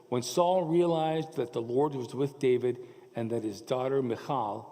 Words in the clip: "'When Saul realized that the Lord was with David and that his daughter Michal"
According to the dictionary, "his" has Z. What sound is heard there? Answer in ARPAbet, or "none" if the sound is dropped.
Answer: Z